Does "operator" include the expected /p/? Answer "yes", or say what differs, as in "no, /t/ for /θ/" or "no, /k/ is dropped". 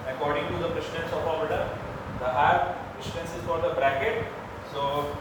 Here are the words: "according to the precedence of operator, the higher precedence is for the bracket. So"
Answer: no, /p/ is dropped